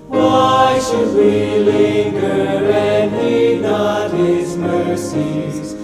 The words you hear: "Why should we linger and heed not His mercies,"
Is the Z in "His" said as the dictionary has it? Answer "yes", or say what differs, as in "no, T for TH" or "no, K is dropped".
yes